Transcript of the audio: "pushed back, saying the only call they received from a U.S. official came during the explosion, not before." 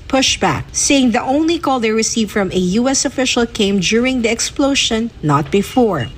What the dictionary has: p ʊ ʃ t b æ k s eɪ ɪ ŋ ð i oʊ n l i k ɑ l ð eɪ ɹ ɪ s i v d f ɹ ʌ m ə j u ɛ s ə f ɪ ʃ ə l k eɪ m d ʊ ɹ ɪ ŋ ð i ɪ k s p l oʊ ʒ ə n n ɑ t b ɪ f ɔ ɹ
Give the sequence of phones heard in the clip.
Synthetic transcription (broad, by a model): p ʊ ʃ b æ k s eɪ ɪ ŋ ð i oʊ n l i k ɑ l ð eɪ ɹ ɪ s i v f ɹ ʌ m ə j u ɛ s ə f ɪ ʃ ə l k eɪ m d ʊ ɹ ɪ ŋ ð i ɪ k s p l oʊ ʃ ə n n ɑ t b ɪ f ɔ ɹ